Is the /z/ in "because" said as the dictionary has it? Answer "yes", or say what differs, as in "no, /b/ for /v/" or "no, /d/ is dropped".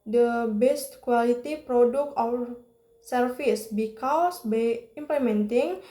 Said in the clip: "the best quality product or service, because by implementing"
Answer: no, /s/ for /z/